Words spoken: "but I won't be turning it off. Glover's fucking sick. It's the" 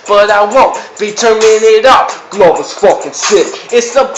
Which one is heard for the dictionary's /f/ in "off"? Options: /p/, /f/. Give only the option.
/p/